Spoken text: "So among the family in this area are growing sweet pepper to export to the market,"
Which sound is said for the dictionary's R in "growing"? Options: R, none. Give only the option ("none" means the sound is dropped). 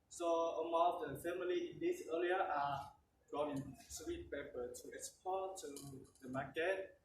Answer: none